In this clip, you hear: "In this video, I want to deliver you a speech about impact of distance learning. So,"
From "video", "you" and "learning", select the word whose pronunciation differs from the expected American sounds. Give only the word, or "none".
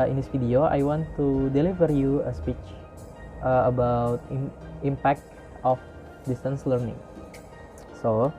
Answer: video